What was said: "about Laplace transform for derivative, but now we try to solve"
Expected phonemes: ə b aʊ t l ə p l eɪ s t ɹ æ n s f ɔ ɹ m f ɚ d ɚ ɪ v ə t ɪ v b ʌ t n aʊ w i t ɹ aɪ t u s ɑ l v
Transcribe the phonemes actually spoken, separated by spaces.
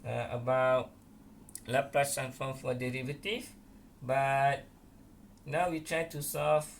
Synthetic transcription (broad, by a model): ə b aʊ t l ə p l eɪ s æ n f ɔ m f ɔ d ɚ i v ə t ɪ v b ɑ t n aʊ w i t ɹ aɪ t u s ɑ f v